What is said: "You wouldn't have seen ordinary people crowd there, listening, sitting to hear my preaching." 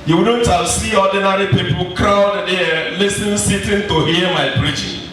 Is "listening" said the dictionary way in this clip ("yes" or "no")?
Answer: no